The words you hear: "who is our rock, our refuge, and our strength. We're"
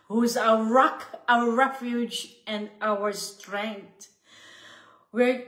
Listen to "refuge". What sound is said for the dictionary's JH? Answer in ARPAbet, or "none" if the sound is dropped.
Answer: JH